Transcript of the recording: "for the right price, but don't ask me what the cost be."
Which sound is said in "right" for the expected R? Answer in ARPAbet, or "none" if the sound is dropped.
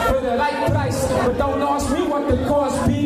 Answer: L